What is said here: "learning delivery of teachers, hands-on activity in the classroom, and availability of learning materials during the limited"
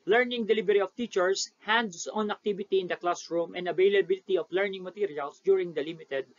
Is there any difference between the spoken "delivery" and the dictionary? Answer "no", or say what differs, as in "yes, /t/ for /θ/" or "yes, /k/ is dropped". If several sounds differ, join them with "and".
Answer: yes, /b/ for /v/